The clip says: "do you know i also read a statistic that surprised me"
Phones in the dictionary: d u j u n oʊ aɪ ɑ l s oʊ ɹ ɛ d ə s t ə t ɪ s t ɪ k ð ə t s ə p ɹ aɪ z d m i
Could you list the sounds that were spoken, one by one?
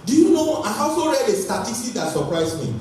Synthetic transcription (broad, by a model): d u j u n oʊ aɪ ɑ s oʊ ɹ ɛ d ə s t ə t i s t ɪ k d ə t s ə p ɹ aɪ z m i